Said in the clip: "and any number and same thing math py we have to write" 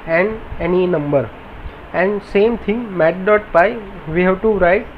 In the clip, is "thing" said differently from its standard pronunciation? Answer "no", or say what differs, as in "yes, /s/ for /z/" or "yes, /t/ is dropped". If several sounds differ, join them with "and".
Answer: yes, /t/ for /θ/